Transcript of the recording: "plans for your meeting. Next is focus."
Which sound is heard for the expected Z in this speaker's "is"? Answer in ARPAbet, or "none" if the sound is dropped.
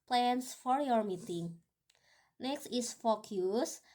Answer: S